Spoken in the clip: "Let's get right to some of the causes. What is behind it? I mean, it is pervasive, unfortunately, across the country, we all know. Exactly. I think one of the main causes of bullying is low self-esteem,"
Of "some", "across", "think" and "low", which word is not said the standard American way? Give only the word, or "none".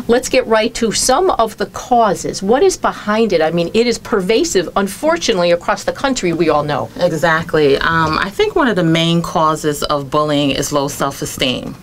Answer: none